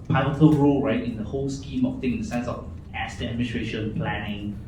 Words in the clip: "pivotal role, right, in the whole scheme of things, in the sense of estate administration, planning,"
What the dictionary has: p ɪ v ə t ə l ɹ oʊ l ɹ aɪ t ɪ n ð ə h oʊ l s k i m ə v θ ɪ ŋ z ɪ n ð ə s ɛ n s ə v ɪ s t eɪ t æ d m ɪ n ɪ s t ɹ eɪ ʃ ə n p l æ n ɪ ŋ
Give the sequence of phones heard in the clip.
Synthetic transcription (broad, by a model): p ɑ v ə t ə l ɹ oʊ l ɹ aɪ t ɪ n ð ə h oʊ l s k i m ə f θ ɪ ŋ ɪ n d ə s ɛ n s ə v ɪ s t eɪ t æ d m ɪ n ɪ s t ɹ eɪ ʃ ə n p l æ n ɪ ŋ